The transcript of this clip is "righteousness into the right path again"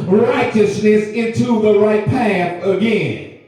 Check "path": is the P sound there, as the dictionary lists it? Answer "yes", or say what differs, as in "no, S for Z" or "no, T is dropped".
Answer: yes